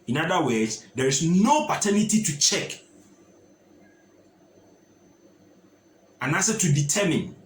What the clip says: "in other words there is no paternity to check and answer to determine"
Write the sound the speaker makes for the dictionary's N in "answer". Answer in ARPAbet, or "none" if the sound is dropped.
none